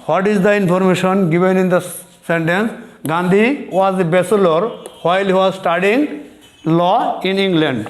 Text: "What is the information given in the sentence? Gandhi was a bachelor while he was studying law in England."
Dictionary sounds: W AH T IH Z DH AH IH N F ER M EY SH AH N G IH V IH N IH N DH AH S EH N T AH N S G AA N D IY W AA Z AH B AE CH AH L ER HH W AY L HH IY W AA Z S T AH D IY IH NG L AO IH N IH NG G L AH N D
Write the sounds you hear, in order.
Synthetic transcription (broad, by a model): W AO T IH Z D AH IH N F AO M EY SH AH N G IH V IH N IH N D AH S EH N T AH N S G AA N D IY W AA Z AH B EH S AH L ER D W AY L HH IY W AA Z S T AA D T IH NG L AO IH N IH NG G L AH N D